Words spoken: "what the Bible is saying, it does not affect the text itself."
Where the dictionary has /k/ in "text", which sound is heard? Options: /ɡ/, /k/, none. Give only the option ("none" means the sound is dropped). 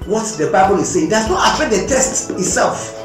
none